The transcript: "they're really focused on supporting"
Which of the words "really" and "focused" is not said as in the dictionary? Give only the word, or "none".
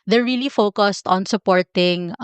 none